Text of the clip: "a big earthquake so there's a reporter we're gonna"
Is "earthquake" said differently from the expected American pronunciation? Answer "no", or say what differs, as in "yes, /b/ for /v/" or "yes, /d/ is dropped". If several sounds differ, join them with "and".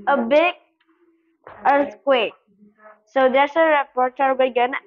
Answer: yes, /s/ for /θ/